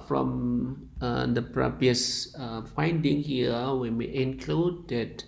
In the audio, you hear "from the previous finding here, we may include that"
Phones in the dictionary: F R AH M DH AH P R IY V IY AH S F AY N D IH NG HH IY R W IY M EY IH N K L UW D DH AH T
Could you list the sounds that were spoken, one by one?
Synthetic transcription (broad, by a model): F R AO M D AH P R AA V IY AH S F AY N D IH NG HH IY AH W IY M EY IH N K L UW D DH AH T